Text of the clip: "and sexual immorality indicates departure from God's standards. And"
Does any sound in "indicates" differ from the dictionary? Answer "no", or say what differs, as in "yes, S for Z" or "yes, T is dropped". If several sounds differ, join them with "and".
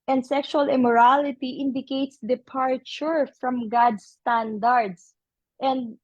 no